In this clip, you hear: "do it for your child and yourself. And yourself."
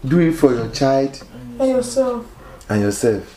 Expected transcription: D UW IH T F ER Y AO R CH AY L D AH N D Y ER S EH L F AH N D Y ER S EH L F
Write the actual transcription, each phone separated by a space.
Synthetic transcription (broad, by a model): D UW IH T F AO Y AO CH AY L D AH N Y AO S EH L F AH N Y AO S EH L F